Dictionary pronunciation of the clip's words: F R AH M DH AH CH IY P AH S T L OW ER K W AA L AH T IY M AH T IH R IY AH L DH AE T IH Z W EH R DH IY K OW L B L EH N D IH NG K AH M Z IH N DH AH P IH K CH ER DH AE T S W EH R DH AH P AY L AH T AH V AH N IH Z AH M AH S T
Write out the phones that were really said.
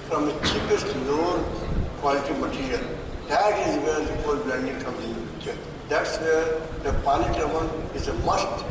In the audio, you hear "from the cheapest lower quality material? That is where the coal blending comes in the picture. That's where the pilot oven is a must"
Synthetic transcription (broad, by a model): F R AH M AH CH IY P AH S T N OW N K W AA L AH T IY M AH T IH R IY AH L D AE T IH Z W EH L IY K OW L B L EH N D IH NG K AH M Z IH N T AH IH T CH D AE T S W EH R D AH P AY N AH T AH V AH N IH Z AH M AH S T